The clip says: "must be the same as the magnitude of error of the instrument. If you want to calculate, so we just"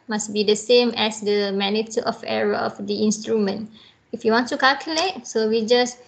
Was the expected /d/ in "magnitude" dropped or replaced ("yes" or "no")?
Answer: yes